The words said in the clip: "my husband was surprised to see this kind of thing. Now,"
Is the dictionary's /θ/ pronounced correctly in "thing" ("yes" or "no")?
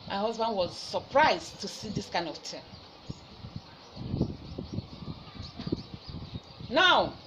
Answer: no